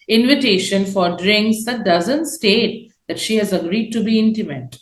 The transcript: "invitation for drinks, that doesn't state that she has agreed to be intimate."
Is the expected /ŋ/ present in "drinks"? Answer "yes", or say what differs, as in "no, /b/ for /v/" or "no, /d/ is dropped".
yes